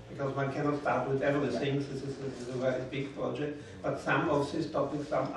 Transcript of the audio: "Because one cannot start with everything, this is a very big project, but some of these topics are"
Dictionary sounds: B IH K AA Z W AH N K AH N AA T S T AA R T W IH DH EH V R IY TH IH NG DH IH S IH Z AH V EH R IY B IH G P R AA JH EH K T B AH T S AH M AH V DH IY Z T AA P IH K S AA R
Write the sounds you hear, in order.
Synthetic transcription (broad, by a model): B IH K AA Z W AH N K AH N AA T S T AA R T W IH DH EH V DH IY S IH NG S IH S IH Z AH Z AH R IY B IH G P R AA JH EH K T B AH T S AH M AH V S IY S T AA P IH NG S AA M